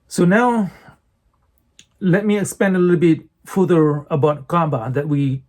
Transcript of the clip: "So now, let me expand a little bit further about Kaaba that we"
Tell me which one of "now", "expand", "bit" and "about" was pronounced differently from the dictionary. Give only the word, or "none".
expand